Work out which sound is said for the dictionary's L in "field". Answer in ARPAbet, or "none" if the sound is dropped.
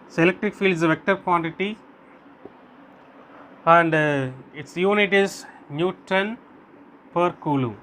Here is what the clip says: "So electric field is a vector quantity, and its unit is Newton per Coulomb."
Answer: L